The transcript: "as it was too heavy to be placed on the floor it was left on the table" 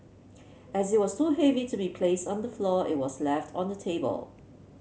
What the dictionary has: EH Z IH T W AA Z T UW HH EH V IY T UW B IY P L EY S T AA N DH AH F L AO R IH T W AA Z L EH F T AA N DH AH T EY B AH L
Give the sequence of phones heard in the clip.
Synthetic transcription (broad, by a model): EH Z IH T W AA S T UW HH EH V IY T UW B IY P L EY S T AA N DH AH F L AO IH T W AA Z L EH F T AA N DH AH T EY B AH L